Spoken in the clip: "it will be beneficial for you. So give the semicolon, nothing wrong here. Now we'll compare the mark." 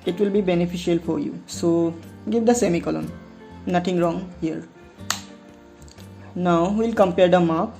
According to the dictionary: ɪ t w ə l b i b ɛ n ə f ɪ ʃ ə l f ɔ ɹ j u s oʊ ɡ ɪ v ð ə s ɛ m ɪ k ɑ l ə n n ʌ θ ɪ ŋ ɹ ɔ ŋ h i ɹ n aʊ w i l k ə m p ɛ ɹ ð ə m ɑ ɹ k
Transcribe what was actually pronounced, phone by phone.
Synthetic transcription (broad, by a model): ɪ t w ə l b i b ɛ n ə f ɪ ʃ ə l f ɔ ɹ j u s oʊ ɡ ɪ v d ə s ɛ m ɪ k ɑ l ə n n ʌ t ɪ ŋ ɹ ɔ ŋ h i ɹ n aʊ w i l k ə m p ɛ ɹ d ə m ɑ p